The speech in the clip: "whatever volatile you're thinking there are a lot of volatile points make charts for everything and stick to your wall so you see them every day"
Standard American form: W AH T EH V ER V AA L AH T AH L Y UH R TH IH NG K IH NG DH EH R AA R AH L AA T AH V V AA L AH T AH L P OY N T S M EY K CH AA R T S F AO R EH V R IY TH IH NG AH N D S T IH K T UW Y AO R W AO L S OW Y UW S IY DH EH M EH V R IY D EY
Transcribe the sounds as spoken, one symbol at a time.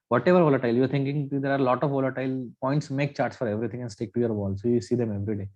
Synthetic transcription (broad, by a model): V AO T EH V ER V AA L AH T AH L Y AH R T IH NG K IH NG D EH R AA R L AA T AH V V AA L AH T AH L P OY N T S M EY K CH AA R T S F AO R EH V R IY T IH NG AH N D S T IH K T UW Y AO R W AO L S OW Y UW S IY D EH M EH V R IY D EY